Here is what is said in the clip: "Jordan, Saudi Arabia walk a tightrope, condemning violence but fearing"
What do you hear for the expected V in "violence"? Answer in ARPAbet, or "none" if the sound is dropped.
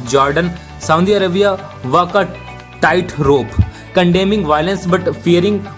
V